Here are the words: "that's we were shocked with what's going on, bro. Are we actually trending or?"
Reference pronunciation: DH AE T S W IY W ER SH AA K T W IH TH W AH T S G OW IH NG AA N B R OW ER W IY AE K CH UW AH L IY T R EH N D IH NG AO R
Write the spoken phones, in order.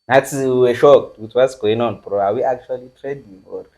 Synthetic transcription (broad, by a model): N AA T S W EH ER SH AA K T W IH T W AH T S G OW IH NG AA N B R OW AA W IY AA K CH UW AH L IY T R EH D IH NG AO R